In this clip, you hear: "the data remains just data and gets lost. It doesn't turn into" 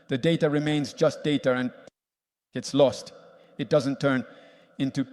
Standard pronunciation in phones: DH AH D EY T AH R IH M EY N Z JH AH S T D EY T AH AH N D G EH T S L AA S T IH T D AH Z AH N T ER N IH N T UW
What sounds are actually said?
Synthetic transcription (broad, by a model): DH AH D EY T AH R IH M EY N Z JH AH S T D EY T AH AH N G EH T S L AA S T IH T D AH Z AH N T ER N IH N T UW